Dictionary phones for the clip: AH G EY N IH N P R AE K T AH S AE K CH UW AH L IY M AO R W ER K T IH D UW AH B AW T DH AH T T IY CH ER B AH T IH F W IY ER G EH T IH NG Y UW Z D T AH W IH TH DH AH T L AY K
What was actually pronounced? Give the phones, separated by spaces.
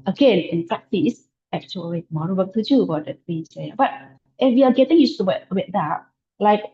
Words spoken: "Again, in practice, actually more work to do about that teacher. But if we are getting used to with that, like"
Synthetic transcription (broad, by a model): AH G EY N IH N P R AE K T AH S AE K CH UW AH L IY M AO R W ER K T IH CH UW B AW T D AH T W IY S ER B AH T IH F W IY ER G EH T IH NG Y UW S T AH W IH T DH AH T L AY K